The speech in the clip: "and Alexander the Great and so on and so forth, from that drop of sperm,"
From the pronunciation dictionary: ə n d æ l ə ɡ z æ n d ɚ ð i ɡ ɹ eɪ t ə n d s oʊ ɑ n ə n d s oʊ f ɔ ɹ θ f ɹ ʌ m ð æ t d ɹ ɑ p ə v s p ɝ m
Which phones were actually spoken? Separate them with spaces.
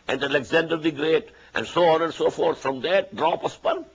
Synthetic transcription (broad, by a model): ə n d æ l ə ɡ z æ n d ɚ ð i ɡ ɹ eɪ t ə n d s oʊ ɑ n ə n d s oʊ f ɔ ɹ t f ɹ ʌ m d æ t d ɹ ɑ p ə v s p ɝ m